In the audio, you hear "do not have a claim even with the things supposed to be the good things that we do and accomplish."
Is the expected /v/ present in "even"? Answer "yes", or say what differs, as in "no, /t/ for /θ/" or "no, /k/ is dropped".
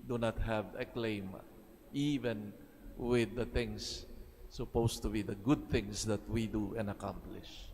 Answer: yes